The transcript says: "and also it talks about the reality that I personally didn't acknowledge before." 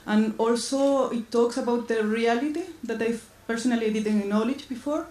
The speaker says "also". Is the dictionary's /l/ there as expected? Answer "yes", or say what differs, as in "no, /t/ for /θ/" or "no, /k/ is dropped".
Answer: yes